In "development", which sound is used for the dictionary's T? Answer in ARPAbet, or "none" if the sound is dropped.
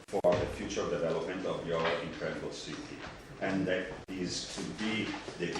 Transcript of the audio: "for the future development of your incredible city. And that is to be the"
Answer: T